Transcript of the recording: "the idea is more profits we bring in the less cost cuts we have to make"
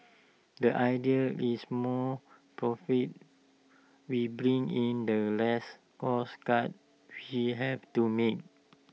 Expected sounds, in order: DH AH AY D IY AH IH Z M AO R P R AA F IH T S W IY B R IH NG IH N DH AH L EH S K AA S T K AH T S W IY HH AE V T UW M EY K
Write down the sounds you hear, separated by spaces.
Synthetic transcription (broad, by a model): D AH AY D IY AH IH S M AO P R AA F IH T W IY B R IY NG IH N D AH L EH S K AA S K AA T W IY HH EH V T UW M EY K